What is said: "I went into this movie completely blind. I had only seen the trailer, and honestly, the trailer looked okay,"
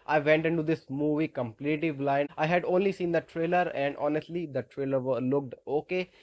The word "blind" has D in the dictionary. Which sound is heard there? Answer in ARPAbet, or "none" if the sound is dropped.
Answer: none